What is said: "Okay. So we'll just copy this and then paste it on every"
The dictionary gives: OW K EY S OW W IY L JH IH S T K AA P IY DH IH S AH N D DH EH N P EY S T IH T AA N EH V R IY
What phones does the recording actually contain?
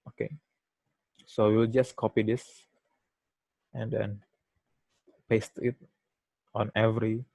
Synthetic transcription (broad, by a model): OW K EY S OW W IY L JH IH S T K AA P IY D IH S AH N D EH N P EY S T IH T AA N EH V R IY